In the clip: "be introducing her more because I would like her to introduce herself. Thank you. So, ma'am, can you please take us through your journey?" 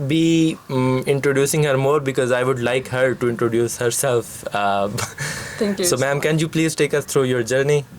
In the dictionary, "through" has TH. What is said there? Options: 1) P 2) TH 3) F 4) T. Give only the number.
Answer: 4